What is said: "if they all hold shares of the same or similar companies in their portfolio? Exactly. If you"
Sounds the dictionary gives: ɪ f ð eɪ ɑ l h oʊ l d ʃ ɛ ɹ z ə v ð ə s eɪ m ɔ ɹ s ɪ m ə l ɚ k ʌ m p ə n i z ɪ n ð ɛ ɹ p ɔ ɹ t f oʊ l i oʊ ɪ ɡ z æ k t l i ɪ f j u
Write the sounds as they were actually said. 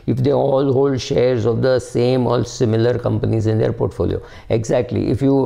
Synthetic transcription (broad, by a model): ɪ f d eɪ ɑ l h oʊ l d ʃ ɛ ɹ z ə v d ə s eɪ m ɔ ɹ s ɪ m ə l ɚ k ʌ m p ə n i z ɪ n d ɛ ɹ p ɔ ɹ t f oʊ l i oʊ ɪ ɡ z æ k t l i ɪ f j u